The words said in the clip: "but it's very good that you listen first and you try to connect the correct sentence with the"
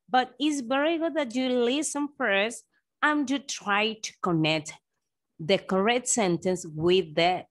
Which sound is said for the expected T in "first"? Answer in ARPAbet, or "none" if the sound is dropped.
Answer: none